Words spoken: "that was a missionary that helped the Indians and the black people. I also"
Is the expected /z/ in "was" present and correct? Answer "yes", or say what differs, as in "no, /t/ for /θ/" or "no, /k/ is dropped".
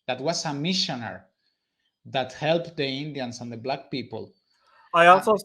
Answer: no, /s/ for /z/